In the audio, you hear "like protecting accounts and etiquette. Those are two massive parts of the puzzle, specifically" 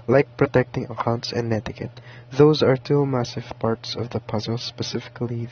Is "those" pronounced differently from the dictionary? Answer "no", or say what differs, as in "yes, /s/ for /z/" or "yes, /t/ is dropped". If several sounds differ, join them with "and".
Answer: no